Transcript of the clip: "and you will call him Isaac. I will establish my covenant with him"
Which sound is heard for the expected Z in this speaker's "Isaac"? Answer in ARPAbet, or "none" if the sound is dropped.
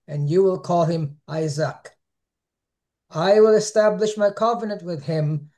Z